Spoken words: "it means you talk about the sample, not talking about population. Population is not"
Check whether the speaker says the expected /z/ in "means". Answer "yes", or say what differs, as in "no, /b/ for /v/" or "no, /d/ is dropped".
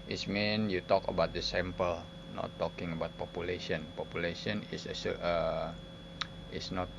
no, /z/ is dropped